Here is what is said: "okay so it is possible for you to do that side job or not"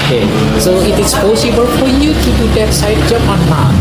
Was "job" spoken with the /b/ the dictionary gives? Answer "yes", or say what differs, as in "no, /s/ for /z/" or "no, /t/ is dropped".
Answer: no, /b/ is dropped